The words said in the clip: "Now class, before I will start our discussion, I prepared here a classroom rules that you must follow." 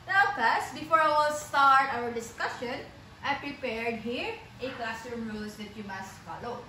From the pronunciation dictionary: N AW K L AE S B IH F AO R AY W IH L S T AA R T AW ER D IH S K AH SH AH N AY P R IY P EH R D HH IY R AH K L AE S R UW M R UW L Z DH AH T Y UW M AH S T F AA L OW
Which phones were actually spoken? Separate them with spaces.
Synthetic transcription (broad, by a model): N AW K AA S B IH F AO R AY W IH L S T AA R T AW ER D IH S K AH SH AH N AY P R IY P EH R D HH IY R AH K L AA S UW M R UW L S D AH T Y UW M AH S T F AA L OW